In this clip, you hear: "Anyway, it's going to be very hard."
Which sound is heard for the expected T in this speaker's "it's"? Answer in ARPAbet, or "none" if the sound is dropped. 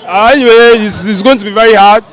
S